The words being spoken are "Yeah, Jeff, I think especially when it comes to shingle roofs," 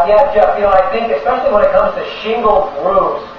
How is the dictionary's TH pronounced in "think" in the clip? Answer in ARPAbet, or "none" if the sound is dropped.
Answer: TH